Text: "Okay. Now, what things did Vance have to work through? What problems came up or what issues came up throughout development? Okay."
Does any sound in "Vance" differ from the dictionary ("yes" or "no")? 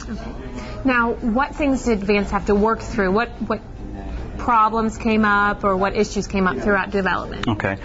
no